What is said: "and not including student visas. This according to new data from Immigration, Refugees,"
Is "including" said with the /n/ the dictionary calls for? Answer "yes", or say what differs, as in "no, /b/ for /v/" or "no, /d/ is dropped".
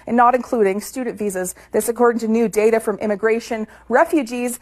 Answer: yes